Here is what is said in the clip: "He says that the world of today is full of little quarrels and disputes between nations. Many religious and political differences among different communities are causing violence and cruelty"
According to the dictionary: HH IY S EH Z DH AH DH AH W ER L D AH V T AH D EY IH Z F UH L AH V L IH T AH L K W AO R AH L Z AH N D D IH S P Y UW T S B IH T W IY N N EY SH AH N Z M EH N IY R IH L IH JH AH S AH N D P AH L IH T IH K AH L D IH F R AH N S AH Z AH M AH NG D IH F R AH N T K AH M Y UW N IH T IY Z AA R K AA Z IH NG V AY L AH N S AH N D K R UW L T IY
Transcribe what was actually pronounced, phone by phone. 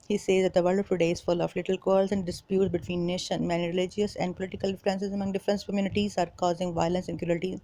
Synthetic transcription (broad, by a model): HH IY S EH Z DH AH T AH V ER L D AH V T AH D EY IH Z F UH L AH F L IH T AH L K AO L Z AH N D D IH S P Y UW T S B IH T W IY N N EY SH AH N M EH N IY R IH L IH JH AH S AH N D P AH L IH T IH K AH L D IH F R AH N S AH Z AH M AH NG D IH F R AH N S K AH M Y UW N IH T IY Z AA R K AA Z IH NG V AY L AH N S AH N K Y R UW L T IY